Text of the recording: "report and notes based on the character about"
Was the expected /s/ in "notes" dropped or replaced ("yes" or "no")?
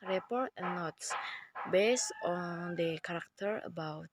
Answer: no